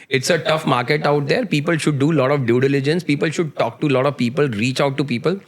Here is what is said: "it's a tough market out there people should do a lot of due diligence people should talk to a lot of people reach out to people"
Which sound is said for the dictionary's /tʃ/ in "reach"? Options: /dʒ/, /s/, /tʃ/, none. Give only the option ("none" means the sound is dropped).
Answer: /tʃ/